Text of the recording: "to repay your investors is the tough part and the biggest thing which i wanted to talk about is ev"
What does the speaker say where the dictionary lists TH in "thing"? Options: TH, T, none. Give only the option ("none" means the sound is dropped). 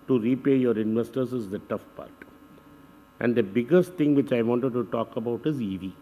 T